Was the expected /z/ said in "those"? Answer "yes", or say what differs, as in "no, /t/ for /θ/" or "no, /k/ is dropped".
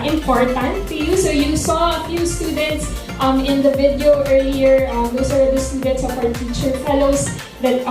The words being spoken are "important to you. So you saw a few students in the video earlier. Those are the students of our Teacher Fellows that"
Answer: no, /s/ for /z/